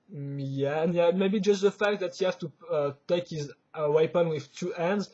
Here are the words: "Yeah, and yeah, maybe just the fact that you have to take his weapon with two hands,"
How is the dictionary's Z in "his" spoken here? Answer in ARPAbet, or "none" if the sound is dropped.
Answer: Z